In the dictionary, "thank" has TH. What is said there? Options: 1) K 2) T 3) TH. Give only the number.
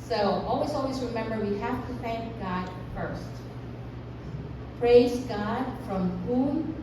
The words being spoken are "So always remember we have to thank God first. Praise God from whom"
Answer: 3